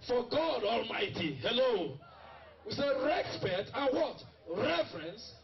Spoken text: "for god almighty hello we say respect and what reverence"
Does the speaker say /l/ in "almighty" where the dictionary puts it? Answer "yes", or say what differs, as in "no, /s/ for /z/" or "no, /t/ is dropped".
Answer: yes